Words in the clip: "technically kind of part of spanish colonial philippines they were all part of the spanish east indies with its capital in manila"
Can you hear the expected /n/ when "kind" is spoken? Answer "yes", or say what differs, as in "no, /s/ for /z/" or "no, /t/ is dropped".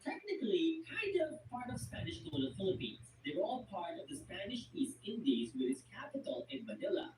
no, /n/ is dropped